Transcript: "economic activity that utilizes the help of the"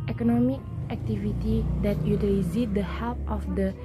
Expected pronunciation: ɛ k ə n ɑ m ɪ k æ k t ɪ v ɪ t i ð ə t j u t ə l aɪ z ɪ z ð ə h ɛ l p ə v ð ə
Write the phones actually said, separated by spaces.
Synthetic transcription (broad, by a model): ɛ k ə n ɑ m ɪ k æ k t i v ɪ t i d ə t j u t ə i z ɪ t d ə h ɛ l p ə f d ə